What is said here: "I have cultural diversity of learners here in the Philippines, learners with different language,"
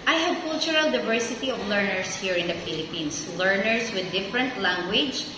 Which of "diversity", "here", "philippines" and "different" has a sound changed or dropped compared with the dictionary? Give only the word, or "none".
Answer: philippines